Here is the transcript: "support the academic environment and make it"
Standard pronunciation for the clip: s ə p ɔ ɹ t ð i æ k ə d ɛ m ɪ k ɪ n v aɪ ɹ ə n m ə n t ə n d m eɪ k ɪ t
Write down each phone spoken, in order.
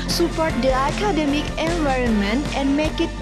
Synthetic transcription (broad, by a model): s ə p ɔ ɹ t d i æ k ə d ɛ m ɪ k ɪ n v aɪ ɹ ə n m ə n t ə n d m eɪ k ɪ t